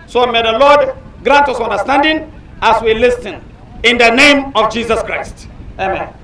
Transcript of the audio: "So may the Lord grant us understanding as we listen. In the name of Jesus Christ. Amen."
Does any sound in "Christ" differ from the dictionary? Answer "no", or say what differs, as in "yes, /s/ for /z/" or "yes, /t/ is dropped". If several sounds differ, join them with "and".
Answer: no